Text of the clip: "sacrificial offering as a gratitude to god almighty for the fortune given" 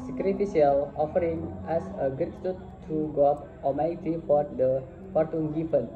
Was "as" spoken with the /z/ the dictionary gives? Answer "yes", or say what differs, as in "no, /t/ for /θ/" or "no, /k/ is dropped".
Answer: no, /s/ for /z/